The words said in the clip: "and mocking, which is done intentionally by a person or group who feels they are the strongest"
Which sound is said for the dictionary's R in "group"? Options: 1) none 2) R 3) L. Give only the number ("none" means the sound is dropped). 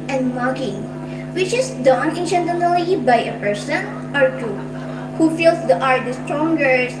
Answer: 1